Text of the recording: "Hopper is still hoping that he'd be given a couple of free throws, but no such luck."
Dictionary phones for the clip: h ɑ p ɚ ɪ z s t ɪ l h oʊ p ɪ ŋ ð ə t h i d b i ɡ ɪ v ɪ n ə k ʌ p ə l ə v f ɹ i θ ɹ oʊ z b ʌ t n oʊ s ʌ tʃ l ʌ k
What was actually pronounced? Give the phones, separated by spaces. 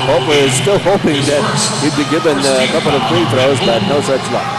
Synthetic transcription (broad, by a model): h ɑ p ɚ ɪ z s t ɪ l h oʊ p ɪ ŋ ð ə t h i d b i ɡ ɪ v ɪ n ə k ʌ p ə l ə v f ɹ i f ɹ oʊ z b ʌ t n oʊ s ʌ tʃ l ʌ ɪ